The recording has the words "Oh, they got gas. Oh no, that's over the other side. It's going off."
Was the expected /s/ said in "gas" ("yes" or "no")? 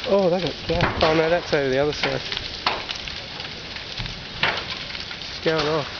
no